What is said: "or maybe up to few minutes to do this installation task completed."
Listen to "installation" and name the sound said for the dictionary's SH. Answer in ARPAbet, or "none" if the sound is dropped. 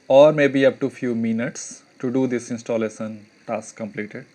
S